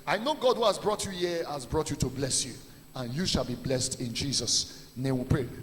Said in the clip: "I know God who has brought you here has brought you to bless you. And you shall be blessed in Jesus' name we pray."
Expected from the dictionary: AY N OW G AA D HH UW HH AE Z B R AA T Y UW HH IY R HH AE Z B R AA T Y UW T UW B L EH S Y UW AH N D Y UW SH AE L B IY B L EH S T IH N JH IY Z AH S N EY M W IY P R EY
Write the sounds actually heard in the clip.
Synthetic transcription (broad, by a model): AY N OW G AA D HH UW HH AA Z B R AA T Y UW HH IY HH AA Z B R AA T Y UW T UW B L EH S Y UW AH N Y UW SH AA L B IY B L EH S T IH N JH IY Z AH S N EY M W IY P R EY